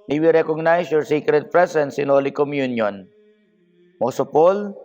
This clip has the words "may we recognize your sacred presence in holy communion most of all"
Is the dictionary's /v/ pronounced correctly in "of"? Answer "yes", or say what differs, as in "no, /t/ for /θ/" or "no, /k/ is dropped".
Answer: no, /p/ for /v/